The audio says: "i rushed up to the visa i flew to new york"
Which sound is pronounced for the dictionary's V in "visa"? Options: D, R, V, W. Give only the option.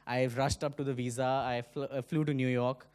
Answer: V